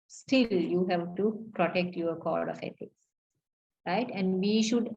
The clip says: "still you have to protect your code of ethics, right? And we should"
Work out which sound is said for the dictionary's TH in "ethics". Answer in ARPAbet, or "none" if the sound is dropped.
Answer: T